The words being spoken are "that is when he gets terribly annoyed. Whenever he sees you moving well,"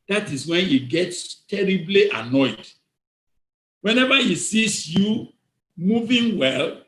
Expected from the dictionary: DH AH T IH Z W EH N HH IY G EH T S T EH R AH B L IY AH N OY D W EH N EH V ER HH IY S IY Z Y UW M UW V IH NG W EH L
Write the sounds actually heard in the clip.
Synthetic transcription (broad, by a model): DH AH T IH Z W EH N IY G EH T S T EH R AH B L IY AH N OY D W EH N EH V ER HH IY S IY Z Y UW M UW V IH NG W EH L